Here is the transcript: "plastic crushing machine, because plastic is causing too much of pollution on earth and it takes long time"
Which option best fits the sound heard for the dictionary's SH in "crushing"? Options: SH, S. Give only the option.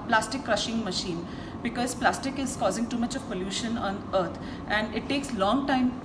SH